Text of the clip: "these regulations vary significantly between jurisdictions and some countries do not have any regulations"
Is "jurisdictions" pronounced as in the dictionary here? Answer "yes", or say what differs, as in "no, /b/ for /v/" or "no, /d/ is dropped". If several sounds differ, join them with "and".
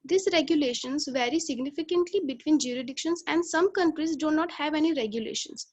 no, /s/ is dropped